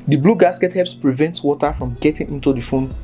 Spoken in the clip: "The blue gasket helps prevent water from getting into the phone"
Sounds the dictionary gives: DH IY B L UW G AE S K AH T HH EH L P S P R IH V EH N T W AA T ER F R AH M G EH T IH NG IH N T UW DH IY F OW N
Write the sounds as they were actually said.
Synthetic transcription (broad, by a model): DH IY B L UW G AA S K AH T HH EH P S P R IH V EH N T W AA T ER F R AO M G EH T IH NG IH N T UW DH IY F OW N